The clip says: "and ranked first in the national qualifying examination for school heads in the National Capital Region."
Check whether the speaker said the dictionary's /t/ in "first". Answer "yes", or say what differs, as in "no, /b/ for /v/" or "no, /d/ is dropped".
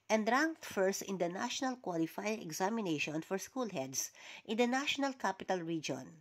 yes